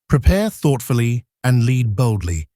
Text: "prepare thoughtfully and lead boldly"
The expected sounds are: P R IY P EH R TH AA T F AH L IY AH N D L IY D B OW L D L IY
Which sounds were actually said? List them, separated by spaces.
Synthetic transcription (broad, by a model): P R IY P EH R TH AA T F AH L IY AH N L IY D B OW L D L IY